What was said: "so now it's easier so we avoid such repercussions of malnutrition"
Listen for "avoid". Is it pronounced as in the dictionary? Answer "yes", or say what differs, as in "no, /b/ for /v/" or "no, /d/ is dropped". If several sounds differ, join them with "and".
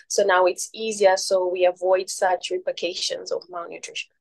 yes